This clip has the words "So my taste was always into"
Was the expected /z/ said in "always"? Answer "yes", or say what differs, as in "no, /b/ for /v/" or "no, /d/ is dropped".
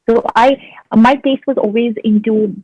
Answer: yes